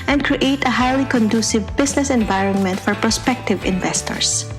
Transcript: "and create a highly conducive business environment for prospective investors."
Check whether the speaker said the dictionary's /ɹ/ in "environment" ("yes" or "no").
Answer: yes